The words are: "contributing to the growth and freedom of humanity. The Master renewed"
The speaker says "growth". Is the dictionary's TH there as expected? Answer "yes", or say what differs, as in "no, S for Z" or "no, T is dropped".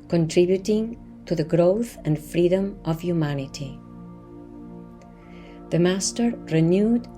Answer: yes